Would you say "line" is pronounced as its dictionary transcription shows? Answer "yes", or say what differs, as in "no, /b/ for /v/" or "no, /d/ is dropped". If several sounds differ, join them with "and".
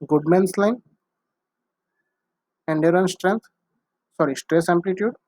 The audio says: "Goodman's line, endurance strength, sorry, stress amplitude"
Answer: yes